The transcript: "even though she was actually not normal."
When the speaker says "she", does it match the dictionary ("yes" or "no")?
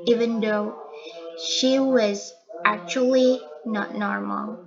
yes